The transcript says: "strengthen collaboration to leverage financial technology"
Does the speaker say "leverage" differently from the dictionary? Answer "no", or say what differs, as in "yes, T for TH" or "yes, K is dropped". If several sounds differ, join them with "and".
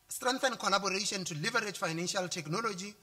no